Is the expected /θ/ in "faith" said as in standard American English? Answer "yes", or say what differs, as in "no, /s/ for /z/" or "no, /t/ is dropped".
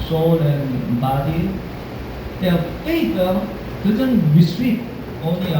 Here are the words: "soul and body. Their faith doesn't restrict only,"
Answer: no, /t/ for /θ/